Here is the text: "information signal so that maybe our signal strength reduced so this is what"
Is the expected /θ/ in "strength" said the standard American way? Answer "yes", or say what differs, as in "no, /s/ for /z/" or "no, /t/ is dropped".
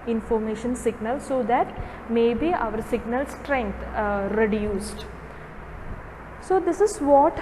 no, /t/ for /θ/